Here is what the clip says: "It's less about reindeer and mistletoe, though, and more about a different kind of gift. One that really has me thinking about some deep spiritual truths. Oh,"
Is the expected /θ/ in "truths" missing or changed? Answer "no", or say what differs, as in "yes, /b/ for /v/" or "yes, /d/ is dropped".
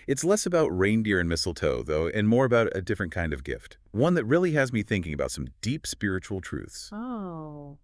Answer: no